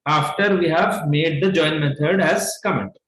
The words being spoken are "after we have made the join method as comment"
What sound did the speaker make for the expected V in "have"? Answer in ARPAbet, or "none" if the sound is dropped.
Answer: V